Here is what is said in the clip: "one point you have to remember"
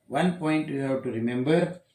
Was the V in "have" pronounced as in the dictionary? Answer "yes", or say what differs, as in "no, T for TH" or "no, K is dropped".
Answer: no, W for V